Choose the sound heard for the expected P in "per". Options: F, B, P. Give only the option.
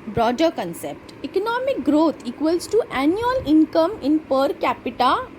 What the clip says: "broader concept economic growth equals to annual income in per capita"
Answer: P